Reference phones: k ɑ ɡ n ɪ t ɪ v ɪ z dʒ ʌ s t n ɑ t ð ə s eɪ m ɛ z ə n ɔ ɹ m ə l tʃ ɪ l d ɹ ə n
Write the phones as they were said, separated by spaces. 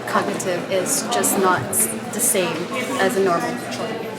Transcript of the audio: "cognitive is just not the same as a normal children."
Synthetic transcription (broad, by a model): k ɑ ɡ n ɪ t ɪ v ɪ z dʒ ʌ s n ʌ t ð ə s eɪ m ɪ z ə n ɔ ɹ m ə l l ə